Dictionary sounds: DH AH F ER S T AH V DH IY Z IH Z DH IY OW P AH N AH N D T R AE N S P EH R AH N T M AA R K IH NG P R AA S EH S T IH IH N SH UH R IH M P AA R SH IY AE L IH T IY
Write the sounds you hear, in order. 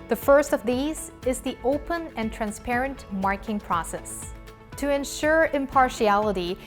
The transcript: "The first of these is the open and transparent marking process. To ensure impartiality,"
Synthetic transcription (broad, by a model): DH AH F ER S T AH V DH IY Z IH Z DH IY OW P AH N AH N T R AE N S P EH R AH N T M AA R K IH NG P R AA S EH S T IH IH N SH UH R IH M P AA R SH IY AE L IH T IY